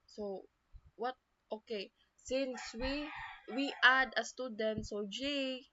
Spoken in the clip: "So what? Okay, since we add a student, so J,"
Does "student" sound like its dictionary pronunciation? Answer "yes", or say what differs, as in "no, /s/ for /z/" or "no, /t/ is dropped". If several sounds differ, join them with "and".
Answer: yes